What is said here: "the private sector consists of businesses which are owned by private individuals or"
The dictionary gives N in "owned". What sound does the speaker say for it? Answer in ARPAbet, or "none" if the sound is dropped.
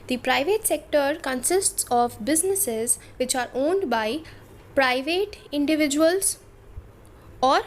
N